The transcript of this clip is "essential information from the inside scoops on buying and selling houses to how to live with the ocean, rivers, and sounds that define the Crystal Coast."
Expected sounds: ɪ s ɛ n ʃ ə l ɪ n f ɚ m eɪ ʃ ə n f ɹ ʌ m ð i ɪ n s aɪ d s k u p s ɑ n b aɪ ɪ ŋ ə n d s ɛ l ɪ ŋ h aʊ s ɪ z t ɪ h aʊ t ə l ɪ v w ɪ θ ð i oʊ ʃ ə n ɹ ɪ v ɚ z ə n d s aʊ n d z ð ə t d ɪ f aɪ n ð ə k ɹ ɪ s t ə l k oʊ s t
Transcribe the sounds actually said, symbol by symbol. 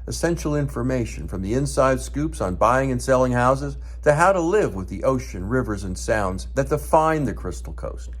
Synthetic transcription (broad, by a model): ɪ s ɛ n ʃ l ɪ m f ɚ m eɪ ʃ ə n f ɹ ʌ m ð i ɪ n s aɪ d s k u p s n b aɪ ɪ ŋ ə n s ɛ l ɪ ŋ h aʊ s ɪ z t ɪ h aʊ t ə l ɪ v w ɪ ð i oʊ ʃ ə n ɹ ɪ v ɚ z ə n s aʊ n d z ð ə t d ɪ f aɪ n ð ə k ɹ ɪ s t l k oʊ s t